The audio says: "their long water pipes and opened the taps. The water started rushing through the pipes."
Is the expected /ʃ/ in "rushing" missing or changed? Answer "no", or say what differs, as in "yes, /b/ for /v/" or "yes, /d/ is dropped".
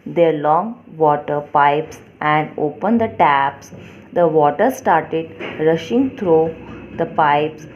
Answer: no